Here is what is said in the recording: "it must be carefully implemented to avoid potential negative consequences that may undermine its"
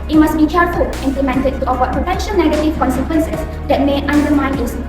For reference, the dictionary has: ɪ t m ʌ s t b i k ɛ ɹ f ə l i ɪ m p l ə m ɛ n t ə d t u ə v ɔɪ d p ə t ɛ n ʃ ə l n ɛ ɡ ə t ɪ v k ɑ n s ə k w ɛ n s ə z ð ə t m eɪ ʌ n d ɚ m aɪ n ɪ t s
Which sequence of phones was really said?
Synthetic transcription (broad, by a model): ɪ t m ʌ s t b i k ɛ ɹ f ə l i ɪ m p l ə m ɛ n t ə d t u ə w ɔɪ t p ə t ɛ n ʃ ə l n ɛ ɡ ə t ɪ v k ɑ n s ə k w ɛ n s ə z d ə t m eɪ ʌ n d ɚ m aɪ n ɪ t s